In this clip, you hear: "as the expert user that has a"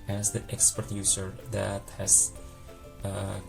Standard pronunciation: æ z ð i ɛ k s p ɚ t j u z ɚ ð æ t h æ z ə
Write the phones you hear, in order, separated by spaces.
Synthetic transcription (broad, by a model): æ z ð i ɛ k s p ɚ t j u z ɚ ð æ t h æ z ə